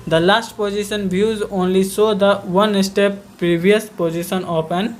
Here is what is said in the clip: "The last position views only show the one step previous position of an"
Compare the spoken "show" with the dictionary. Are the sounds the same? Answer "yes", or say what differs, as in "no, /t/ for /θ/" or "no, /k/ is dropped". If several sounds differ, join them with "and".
no, /s/ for /ʃ/